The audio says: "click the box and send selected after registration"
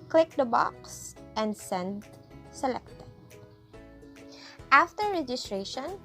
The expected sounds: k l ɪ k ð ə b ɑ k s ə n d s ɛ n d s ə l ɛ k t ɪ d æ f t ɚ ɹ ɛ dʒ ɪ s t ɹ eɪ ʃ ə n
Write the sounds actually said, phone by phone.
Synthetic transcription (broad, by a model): k l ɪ k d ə b ɑ k s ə n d s ɛ n d s ə l ɛ k t ɪ d æ f t ɚ ɹ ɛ dʒ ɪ s t ɹ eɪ ʃ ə n